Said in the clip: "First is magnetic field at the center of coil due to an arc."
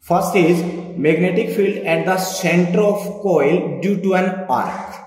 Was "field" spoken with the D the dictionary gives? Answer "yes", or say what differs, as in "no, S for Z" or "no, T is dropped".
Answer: yes